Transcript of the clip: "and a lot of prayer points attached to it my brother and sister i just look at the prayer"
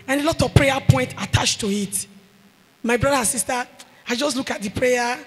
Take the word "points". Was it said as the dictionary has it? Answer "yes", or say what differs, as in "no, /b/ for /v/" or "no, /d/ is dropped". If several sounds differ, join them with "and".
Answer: no, /s/ is dropped